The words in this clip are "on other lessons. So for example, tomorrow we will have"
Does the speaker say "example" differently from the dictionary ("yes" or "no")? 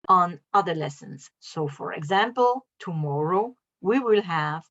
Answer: no